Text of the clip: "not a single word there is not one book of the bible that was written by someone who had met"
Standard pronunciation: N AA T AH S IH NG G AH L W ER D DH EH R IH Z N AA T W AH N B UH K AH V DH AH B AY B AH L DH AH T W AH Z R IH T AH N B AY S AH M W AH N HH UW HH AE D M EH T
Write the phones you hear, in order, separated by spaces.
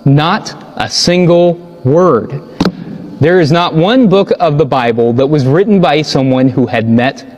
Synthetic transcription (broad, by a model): N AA T AH S IH NG G L W ER D DH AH R IH Z N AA T W AH N B UH K AH V DH AH B AY B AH L DH AH T W AH Z R IH T N B AY S AH M W AH N HH UW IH D M EH T